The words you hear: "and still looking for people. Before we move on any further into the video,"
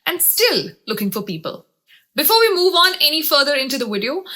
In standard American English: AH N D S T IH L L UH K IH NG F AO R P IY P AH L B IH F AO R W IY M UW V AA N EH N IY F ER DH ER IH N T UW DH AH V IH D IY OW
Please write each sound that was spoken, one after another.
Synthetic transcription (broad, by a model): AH N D S T IH L L UH K IH NG F AO R P IY P AH L B IH F AO R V IY M UW V AA N EH N IY F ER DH ER IH N T UW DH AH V IH D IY OW